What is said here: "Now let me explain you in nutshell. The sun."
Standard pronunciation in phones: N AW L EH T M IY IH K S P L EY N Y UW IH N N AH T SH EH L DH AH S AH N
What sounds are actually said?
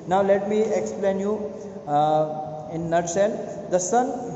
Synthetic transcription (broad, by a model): N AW L EH T M IY IH K S P L EY N Y UW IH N N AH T S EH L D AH S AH N